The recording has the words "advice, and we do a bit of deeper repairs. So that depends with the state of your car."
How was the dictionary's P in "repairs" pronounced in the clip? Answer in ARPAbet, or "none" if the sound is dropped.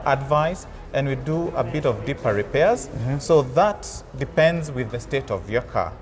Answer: P